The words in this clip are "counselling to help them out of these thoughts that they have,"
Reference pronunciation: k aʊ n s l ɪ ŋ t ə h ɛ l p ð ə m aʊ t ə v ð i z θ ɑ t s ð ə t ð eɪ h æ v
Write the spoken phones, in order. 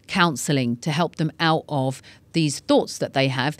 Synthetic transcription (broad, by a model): k aʊ n s l ɪ ŋ t ə h ɛ l p ð ə m aʊ t ə v ð i z θ ɑ t s ð ə t ð eɪ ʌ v